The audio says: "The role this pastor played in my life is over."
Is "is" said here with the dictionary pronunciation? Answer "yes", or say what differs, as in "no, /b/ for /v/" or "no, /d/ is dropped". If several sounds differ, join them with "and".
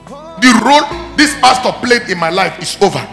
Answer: no, /s/ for /z/